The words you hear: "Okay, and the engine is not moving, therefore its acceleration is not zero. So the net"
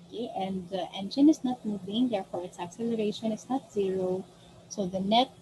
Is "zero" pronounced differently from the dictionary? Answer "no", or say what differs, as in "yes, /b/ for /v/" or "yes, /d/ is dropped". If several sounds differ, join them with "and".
no